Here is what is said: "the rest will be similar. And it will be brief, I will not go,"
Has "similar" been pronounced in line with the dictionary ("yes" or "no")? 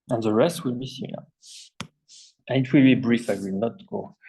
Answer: no